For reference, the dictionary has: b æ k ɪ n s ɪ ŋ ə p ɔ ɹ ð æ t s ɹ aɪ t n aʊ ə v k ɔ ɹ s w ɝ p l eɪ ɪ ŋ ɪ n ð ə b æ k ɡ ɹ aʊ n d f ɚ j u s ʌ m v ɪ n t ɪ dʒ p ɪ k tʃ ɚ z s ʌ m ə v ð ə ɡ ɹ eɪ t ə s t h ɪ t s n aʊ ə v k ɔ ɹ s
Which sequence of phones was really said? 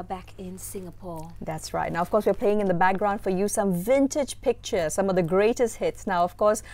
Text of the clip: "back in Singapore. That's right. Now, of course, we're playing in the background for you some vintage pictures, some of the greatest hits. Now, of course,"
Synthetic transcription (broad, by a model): b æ k ɪ n s ɪ ŋ ə p ɔ ɹ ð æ t s ɹ aɪ t n aʊ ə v k ɔ ɹ s w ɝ p l eɪ ɪ ŋ ɪ n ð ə b æ k ɡ ɹ aʊ n d f ɚ j u s ʌ m v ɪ n t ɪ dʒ p ɪ k tʃ ɚ s ʌ m ə v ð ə ɡ ɹ eɪ t ə s t h ɪ t s n aʊ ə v k ɔ ɹ s